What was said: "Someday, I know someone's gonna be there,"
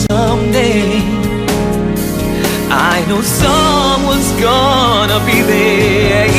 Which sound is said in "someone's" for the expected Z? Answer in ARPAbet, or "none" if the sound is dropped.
Z